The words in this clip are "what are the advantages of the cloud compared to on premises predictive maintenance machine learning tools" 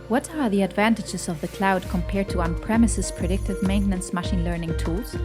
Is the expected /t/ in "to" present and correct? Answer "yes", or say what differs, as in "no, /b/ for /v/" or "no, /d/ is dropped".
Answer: yes